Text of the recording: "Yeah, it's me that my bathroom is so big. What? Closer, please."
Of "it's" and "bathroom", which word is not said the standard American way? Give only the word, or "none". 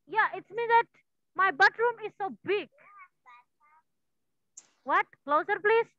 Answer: bathroom